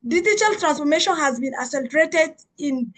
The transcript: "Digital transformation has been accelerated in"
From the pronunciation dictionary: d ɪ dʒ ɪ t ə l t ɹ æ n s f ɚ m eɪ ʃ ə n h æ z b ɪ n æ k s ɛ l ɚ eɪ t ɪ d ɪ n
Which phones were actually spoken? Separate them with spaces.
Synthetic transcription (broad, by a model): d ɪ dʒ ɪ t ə l t ɹ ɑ n s f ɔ m eɪ ʃ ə n h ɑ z b ɪ n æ s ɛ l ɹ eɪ t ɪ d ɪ n